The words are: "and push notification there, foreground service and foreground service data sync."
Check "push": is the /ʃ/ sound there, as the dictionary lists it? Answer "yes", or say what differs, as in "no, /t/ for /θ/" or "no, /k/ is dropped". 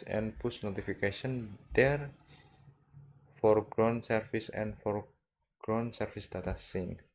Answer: no, /s/ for /ʃ/